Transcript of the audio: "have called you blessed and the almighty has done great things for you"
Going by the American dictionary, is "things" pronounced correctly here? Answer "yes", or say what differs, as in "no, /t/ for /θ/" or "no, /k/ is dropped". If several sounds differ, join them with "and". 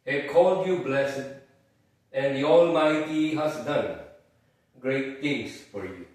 no, /t/ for /θ/ and /s/ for /z/